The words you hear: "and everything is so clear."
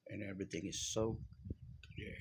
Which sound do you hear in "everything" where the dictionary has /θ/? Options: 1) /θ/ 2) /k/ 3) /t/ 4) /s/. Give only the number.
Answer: 1